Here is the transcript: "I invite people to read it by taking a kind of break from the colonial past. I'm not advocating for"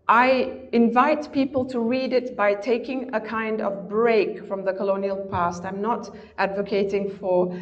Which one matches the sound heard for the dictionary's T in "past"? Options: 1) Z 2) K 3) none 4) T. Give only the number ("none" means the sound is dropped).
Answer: 4